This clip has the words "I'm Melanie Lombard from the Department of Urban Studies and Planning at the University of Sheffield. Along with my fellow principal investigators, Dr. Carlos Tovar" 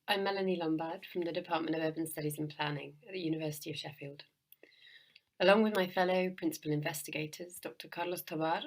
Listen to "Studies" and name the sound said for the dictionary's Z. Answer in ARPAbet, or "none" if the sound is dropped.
Z